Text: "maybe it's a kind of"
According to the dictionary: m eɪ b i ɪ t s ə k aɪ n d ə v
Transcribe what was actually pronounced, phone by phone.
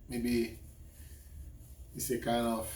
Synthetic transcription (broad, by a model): m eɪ b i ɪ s ə k aɪ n ə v